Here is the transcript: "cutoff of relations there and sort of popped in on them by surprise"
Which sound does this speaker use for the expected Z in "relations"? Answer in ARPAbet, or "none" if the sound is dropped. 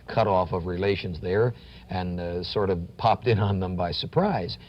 Z